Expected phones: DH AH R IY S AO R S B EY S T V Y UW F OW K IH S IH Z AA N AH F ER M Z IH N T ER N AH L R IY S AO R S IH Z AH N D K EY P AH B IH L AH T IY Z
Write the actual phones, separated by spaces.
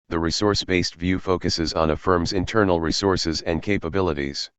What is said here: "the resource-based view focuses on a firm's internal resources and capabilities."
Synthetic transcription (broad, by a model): DH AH R IY S AO R S B EY S T V Y UW F OW K IH S IH Z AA N AH F ER M Z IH N T ER N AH L R IY S AO R S IH Z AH N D K EY P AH B IH L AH T IY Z